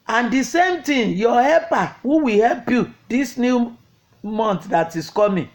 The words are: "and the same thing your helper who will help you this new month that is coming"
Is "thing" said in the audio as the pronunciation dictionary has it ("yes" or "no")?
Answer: no